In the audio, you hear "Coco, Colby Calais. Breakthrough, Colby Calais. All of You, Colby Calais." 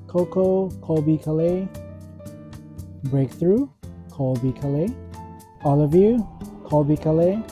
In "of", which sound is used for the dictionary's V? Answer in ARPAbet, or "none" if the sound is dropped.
V